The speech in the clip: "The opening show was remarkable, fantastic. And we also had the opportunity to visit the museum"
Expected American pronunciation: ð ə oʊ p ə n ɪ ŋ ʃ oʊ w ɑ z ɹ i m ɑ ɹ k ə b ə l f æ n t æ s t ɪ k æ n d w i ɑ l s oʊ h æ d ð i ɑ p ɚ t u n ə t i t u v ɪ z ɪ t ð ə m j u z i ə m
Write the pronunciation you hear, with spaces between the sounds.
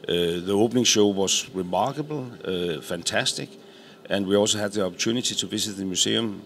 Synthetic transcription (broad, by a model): ð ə oʊ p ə n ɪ ŋ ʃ oʊ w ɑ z ɹ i m ɑ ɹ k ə b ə l f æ n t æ s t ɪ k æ n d w i ɑ l s oʊ h æ d ð i ɑ p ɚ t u n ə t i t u v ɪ s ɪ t ð ə m j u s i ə m